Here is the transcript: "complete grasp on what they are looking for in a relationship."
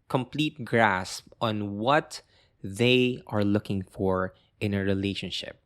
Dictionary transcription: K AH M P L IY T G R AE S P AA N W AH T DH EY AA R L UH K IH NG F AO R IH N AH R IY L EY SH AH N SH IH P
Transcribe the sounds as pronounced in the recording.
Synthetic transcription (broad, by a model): K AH M P L IY T G R AE S P AA N W AH T DH EY AA R L UH K IH NG F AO R IH N AH R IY L EY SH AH N SH IH P